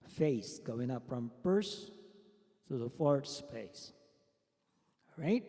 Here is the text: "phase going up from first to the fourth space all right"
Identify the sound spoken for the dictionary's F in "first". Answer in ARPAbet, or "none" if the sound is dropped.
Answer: P